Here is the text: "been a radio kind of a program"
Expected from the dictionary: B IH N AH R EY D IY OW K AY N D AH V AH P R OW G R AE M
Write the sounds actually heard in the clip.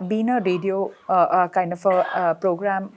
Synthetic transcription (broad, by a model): B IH N AH R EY D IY OW K AY N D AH P AH P R OW G R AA M